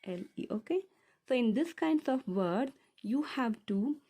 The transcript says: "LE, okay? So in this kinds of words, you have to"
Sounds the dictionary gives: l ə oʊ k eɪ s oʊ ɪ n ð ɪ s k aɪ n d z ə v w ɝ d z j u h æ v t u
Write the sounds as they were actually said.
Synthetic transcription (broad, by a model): l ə oʊ k eɪ s oʊ ɪ n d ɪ s k aɪ n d s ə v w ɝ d j u h æ v t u